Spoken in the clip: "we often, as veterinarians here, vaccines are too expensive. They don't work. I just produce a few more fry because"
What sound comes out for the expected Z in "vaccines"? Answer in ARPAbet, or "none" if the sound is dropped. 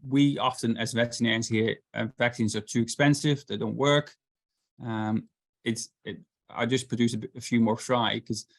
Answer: Z